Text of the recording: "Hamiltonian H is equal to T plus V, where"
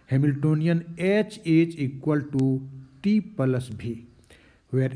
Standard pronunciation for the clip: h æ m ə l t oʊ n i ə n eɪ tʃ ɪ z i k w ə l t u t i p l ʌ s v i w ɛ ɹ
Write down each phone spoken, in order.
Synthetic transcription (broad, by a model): h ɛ m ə l t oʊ n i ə n eɪ tʃ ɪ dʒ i k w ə l t u t i p l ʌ s b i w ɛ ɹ